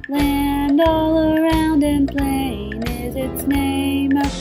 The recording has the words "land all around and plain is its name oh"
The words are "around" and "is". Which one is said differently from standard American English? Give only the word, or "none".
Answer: none